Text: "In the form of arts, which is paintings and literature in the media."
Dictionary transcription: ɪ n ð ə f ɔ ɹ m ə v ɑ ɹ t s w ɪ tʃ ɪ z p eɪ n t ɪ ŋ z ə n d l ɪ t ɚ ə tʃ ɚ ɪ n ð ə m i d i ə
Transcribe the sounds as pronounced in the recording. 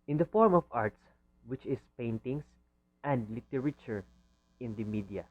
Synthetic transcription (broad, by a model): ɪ n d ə f ɔ ɹ m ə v ɑ ɹ t s w ɪ tʃ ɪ s p eɪ n t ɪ ŋ s ə n d l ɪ t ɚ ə tʃ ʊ ɪ n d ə m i d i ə